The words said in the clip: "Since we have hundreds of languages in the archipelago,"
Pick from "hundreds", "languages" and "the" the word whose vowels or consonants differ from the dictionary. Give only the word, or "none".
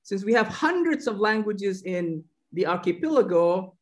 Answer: none